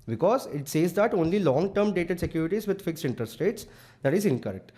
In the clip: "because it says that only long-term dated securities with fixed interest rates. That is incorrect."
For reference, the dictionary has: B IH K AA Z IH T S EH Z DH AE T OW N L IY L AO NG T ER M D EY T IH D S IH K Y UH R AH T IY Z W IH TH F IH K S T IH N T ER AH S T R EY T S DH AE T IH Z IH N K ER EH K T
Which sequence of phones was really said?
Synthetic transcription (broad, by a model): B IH K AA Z IH T S EH Z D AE T OW N L IY L AO NG T ER M D EY T IH D S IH K Y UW R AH T IY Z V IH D F IH K S T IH N T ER S T EY T S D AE T IH Z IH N K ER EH K T